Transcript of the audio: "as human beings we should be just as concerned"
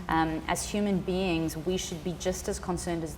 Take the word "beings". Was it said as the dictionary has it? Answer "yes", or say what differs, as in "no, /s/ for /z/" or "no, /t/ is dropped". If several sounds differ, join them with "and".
yes